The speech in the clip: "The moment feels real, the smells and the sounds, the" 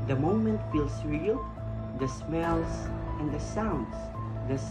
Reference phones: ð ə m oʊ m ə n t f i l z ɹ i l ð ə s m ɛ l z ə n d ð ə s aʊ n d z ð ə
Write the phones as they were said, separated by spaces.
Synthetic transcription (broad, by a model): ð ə m oʊ m ə n t f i l s ɹ i l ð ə s m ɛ l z ə n d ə s aʊ n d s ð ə